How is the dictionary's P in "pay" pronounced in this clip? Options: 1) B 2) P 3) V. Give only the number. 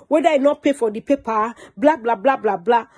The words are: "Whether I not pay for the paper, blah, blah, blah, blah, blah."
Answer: 2